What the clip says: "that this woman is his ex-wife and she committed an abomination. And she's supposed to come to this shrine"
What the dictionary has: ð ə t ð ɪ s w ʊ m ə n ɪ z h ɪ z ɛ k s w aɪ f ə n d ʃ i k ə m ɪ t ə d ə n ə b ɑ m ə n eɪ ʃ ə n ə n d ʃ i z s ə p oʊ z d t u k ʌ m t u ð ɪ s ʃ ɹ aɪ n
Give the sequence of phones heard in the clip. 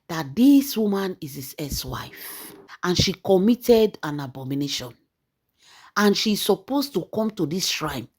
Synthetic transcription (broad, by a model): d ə t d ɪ s w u m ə n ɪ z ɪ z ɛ s w aɪ f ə n ʃ i k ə m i t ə d ə n ə b ɑ m ə n eɪ ʃ ə n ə n ʃ i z s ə p oʊ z t u k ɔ m t u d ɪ s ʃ ɹ aɪ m